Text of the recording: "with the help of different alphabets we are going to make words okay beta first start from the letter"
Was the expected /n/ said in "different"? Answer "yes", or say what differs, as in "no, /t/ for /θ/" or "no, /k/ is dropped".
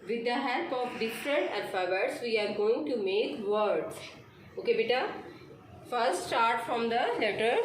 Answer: no, /n/ is dropped